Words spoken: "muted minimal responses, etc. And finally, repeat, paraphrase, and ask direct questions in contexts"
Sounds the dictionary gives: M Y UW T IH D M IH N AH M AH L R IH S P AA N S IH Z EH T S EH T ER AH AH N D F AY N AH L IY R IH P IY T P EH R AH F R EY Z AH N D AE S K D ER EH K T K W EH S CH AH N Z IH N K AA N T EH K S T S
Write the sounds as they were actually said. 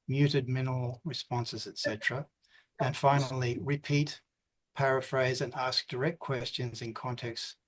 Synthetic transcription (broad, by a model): M Y UW T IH D M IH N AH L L R IH S P AA N S IH Z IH T S EH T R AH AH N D F AY N L IY R IH P IY T P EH R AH F R EY Z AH N AE S K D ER EH K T K W EH S CH AH N Z IH N K AA N T EH K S S